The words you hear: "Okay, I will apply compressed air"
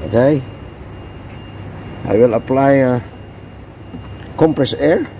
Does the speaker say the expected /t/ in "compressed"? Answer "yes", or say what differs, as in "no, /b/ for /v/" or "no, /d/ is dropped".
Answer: no, /t/ is dropped